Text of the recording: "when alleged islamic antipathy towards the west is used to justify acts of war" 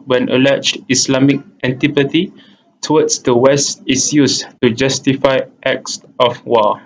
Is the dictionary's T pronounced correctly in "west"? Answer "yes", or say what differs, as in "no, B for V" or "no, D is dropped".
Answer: yes